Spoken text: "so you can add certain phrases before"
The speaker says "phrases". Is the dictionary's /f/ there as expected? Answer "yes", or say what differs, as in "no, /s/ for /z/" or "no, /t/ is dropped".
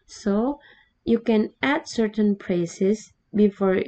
no, /p/ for /f/